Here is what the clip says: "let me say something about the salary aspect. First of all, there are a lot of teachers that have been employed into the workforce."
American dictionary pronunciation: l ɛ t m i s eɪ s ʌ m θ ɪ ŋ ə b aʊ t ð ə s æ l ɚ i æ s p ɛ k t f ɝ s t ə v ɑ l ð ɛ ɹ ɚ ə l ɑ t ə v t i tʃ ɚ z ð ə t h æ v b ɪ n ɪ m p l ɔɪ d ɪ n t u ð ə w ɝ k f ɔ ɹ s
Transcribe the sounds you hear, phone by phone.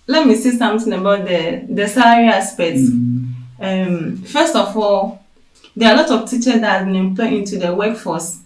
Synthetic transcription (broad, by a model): l ɛ t m i s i s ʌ m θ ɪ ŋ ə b aʊ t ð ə s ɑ l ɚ i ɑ s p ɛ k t f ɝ s t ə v ɑ l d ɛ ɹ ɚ ə l ɑ t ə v t i tʃ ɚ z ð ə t h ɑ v b ɪ n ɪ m p l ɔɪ ɪ n t u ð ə w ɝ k f ɔ s